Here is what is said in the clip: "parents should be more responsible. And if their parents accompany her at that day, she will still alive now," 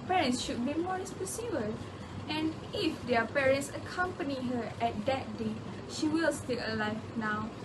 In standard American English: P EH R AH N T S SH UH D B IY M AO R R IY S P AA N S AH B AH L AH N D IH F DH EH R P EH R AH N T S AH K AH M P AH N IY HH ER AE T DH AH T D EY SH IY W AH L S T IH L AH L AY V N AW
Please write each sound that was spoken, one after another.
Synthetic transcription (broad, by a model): P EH R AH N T S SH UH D B IY M AO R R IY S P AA S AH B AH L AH N IH F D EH P EH R AH N T S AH K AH M P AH N IY HH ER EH T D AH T D EY SH IY W AH L S T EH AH L AY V N AW